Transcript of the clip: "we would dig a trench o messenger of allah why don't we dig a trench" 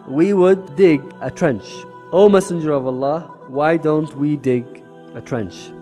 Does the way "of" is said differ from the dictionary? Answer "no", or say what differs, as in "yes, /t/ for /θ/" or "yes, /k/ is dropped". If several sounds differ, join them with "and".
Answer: no